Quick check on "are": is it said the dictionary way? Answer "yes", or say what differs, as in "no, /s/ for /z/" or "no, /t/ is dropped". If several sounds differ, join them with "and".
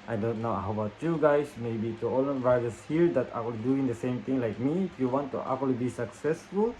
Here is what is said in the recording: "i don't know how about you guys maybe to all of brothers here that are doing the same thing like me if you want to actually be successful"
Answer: no, /l/ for /ɹ/